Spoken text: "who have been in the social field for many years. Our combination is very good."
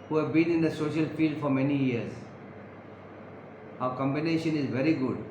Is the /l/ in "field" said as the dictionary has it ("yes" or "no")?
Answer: yes